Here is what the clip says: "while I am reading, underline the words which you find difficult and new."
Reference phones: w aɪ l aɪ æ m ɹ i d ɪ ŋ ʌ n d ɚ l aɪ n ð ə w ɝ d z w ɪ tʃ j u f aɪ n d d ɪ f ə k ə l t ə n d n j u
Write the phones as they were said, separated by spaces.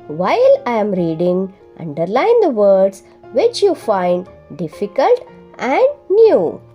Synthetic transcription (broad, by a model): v aɪ l aɪ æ m ɹ i d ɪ ŋ ʌ n d ɚ l aɪ n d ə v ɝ d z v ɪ tʃ j u f aɪ n d d ɪ f ə k ə l t ə n d n j u